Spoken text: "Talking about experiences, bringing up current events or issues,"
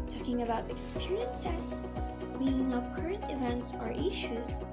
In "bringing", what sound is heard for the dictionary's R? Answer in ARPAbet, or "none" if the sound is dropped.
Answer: none